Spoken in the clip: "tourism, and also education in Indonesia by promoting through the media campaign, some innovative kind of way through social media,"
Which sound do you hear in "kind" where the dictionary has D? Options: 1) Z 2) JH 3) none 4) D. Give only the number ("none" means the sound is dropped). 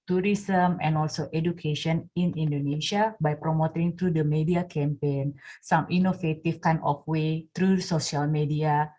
3